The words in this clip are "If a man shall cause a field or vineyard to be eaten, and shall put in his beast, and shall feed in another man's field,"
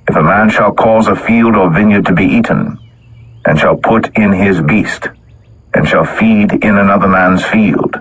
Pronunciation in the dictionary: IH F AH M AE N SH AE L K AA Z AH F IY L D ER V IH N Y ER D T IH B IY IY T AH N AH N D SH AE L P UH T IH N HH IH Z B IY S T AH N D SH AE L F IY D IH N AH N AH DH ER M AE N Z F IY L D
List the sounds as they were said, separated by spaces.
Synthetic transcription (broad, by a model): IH F AH M AE N SH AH L K AA Z AH F IY L D ER V IH N Y ER D T IH B IY IY T N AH N SH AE L P UH T IH N IH Z B IY S T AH N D SH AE L F IY D IH N AH N AH DH ER M AE N Z F IY L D